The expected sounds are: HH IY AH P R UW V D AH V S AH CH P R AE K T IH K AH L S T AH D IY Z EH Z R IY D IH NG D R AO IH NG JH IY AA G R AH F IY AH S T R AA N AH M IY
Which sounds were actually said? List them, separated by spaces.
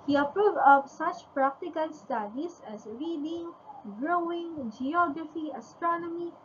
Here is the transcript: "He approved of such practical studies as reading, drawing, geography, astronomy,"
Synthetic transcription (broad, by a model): HH IY AH P R UW V D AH P S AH CH P R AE K T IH K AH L S T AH D IY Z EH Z R IY D IH NG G R AO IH NG JH IY AA G R AH F IY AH S T R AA N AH M IY